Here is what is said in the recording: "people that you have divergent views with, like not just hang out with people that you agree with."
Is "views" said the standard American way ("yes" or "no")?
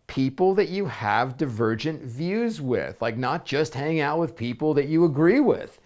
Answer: yes